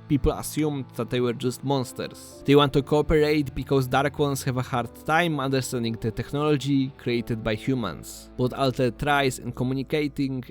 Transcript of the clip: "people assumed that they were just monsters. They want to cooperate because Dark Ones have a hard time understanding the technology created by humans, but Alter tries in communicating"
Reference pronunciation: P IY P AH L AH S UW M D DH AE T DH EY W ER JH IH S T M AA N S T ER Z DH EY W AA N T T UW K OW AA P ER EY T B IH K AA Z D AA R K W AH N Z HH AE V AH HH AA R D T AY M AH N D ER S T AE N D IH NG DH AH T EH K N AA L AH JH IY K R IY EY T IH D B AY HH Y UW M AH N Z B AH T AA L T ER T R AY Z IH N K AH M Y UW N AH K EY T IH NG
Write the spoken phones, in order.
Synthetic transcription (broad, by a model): P IY P L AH S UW M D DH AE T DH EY W ER JH IH S T M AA N S T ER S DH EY W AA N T T UW K OW AA P ER EY T B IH K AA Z D AA R K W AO N S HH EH V AH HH AA R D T AY M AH N D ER S T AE N D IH NG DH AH T EH K N AA L AH JH IY K R IY EY T IH D B AY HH Y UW M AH N S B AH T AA L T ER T R AY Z IH N K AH M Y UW N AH K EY T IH NG